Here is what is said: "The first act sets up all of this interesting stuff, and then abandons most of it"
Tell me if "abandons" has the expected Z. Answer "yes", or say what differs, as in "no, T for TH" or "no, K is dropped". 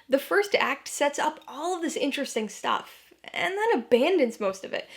yes